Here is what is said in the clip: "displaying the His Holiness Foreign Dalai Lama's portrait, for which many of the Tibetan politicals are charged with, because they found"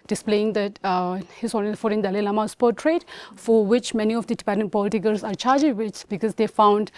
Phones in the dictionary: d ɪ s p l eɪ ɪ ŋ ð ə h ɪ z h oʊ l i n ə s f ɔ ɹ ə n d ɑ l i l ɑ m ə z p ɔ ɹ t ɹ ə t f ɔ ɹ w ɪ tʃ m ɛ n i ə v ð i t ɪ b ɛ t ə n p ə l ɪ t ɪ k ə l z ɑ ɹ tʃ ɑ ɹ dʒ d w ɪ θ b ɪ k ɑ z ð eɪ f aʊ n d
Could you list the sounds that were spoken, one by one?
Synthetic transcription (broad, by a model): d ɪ s p l eɪ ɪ ŋ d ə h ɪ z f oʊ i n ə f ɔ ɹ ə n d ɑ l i l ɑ m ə s p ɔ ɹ t ɹ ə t f ɔ ɹ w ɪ tʃ m ɛ n i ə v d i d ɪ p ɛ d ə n p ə l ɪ t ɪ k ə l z ɑ ɹ tʃ ɑ ɹ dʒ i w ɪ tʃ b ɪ k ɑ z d eɪ f aʊ n d